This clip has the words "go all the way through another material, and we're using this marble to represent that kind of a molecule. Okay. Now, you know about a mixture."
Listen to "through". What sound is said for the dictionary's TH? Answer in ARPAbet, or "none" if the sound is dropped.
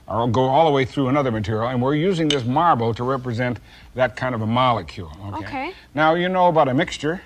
TH